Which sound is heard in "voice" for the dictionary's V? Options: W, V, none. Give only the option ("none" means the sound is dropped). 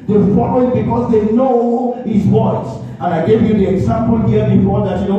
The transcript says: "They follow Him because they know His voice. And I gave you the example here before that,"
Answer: W